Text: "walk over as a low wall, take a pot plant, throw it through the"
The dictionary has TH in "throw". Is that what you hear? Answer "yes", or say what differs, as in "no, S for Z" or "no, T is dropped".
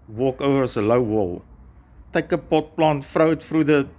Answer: no, F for TH